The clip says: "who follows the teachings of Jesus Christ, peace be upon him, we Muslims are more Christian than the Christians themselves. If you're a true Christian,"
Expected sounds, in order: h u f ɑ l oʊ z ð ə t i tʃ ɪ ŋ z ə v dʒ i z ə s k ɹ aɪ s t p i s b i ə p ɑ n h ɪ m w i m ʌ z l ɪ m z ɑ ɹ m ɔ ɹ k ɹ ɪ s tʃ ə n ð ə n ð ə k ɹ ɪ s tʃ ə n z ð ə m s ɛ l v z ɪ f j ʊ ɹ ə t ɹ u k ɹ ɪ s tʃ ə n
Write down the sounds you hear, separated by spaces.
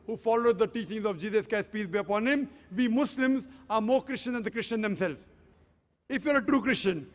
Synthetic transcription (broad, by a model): h u f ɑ l oʊ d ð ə t i tʃ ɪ ŋ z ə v dʒ i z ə s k aɪ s p i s b i ə p ɑ n h ɪ m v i m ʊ s l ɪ m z ɑ ɹ m ɔ ɹ k ɹ ɪ s tʃ ə n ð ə n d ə k ɹ ɪ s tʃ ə n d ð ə m s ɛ l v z ɪ f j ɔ ɹ ə t ɹ u k ɹ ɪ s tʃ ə n